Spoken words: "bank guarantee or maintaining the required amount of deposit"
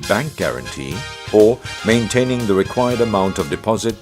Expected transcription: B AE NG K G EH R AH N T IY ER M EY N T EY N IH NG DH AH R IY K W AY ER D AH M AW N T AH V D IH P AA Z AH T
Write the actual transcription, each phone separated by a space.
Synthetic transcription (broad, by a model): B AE NG K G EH R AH N T IY ER M EY N T EY N IH NG DH AH R IY K W AY ER D AH M AW N T AH V D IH P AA Z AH T